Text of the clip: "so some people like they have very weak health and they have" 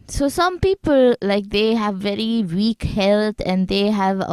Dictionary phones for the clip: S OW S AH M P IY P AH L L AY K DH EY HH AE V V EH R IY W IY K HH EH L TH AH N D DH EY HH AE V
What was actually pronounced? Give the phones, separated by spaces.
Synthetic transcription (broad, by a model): S OW S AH M P IY P AH L L AY K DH EY HH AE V V EH R IY W IY K HH EH L T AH N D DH EY HH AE V